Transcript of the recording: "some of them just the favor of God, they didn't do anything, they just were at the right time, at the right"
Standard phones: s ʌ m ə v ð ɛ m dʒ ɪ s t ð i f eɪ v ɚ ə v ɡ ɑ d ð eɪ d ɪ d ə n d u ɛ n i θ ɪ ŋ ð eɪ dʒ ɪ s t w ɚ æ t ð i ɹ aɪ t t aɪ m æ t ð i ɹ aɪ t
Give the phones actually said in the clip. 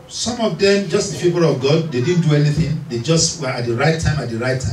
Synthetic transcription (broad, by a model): s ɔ m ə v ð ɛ m dʒ ɪ s t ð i p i p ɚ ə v ɡ ɑ d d eɪ d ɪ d n d u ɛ n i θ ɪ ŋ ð eɪ dʒ ɪ s t w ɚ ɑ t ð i ɹ aɪ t t aɪ m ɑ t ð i ɹ aɪ t